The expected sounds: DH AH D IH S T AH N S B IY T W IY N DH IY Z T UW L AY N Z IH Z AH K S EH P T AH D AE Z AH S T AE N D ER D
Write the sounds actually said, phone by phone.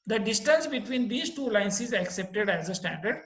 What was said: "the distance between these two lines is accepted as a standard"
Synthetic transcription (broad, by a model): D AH D IH S T AH N S B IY T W IY N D IY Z T UW L AY N S IH Z AH K S EH P T AH D AE Z AH S T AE N D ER D